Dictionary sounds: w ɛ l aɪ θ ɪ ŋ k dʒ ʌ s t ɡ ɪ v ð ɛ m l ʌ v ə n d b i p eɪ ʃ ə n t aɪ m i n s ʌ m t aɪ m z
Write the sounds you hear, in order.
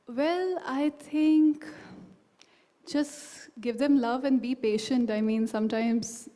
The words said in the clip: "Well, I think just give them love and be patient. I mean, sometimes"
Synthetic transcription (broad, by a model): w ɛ l aɪ t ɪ ŋ k dʒ ʌ s t ɡ ɪ v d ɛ m l ʌ v ə n d b i p eɪ ʃ ə n t aɪ m i n s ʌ m t aɪ m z